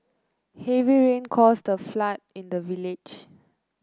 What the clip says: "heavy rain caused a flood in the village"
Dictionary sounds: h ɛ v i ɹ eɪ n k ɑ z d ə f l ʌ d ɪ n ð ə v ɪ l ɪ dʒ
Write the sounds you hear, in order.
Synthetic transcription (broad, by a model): h ɛ v i ɹ eɪ n k ɑ s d ə f l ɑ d ɪ n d ə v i l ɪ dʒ